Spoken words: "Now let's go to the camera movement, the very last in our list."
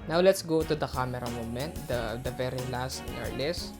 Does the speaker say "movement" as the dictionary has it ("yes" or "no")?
no